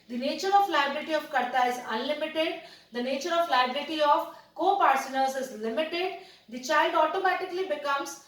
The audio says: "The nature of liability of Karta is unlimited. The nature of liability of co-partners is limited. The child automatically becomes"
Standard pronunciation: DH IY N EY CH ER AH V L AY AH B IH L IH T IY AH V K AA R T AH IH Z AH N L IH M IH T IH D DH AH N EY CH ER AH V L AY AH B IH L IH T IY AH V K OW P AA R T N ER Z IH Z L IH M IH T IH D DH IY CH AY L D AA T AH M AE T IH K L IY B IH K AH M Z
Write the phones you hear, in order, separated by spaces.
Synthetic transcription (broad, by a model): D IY N EY CH ER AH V L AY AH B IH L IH T IY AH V K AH R T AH IH Z AH N L IH M IH T IH D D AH N EY CH ER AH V L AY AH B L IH T IY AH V K OW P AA R S N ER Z IH Z L IH M IH T IH D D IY CH AY L D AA T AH M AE T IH K L IY B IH K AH M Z